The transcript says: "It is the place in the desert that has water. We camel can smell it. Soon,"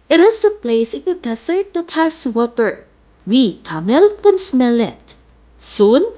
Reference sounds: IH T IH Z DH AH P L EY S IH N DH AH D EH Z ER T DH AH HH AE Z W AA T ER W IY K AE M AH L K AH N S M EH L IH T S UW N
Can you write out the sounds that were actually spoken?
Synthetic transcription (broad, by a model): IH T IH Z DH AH P L EY S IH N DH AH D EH S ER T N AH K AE S W AA T ER W IY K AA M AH L K AH N S M EH L IH T S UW N